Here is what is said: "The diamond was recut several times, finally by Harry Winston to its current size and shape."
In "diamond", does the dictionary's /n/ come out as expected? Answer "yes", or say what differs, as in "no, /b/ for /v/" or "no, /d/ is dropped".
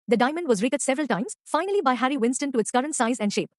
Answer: yes